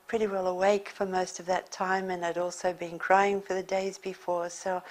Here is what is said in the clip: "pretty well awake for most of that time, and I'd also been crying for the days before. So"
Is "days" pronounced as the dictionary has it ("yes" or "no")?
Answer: yes